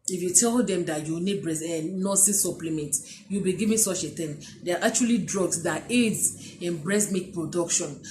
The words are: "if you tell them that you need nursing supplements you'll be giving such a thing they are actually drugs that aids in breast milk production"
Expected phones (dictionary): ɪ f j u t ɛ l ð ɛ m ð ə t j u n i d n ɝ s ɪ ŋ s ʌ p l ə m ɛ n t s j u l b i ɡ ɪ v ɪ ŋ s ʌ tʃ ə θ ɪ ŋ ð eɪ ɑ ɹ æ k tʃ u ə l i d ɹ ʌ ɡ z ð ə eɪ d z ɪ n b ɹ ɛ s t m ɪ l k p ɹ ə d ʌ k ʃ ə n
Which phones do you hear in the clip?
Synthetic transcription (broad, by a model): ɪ f j u t ɛ l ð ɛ m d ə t j u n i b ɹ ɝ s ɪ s s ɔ p l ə m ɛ n t j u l b i ɡ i v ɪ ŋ s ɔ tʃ ə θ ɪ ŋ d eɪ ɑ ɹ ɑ k tʃ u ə l i d ɹ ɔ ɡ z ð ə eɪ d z ɪ n b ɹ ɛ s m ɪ k p ɹ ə d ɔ k ʃ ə n